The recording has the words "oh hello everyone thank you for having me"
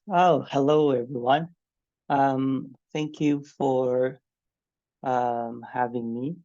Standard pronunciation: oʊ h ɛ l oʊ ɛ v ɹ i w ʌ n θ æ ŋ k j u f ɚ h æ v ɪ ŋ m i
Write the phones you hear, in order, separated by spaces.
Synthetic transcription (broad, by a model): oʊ h ɛ l oʊ ɛ v ɹ i w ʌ n θ æ ŋ k j u f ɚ h æ v ɪ ŋ m i